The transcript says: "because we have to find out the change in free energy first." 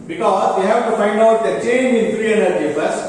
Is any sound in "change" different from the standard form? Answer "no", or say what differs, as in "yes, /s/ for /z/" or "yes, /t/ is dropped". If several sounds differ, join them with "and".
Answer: yes, /dʒ/ is dropped